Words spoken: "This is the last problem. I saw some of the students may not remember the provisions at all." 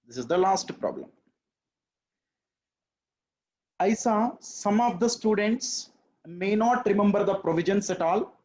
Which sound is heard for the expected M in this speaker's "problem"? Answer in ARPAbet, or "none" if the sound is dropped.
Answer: M